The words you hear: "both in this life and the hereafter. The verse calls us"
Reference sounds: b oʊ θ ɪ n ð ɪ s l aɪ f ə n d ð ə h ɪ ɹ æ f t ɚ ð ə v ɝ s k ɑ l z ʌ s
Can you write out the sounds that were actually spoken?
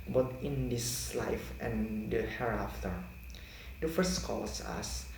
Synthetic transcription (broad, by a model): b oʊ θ ɪ n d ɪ s l aɪ f ə n d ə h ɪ ɹ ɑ f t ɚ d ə f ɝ s k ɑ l s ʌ s